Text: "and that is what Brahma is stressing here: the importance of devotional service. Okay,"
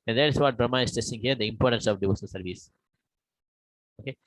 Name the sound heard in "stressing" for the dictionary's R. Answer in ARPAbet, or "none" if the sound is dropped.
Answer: none